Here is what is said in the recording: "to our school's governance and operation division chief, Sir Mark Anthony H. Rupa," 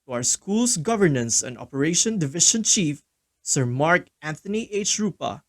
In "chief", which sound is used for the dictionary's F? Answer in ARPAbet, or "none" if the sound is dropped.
F